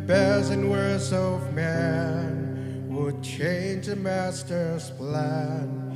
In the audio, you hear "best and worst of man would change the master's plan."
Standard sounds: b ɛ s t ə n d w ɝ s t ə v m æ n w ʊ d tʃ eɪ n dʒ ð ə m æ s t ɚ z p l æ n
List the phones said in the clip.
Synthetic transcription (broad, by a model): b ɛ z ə n w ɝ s ə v m æ n w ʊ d tʃ eɪ n dʒ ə m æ s t ɚ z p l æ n